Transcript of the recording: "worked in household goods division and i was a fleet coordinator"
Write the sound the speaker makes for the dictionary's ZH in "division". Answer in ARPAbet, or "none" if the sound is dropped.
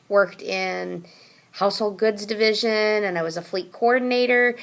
ZH